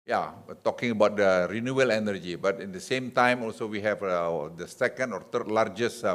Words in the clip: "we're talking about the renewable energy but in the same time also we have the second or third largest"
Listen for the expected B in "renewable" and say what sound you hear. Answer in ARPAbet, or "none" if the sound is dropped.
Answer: none